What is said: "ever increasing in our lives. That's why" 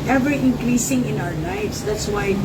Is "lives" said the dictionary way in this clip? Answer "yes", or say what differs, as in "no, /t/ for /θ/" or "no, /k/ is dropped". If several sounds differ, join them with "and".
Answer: no, /n/ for /l/